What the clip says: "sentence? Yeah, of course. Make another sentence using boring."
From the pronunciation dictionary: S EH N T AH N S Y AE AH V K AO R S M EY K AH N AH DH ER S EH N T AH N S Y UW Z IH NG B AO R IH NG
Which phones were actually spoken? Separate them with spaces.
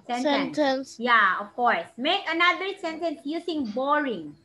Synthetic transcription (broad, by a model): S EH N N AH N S Y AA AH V K AO R S M EY K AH N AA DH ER S EH N T AH N S Y UW S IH NG B AO R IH NG